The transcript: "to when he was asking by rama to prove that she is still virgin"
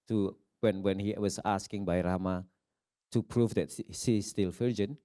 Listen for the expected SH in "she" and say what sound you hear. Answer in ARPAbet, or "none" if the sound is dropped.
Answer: S